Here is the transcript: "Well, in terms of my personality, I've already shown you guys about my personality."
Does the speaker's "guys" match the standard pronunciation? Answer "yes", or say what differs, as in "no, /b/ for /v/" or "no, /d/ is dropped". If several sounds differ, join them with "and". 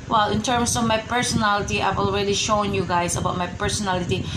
no, /s/ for /z/